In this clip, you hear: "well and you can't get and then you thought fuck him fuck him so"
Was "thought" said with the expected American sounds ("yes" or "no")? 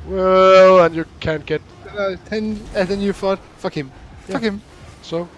no